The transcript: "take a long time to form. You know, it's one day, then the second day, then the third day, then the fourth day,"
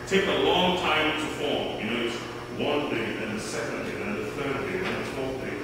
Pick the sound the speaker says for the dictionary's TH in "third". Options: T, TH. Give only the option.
TH